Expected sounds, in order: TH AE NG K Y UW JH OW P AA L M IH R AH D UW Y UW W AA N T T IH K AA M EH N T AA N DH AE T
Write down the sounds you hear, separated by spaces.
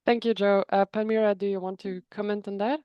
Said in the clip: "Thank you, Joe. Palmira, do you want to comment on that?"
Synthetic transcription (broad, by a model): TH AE NG K Y UW JH OW P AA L M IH R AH D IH Y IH W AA N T T IH K AA M EH N T N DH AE T